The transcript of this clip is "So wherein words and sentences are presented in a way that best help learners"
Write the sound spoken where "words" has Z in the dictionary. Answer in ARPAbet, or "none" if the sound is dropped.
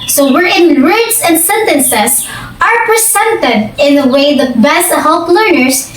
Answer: S